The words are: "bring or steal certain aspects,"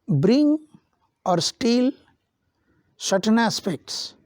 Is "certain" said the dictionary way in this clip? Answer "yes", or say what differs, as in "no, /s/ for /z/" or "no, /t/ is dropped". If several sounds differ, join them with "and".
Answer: no, /ʃ/ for /s/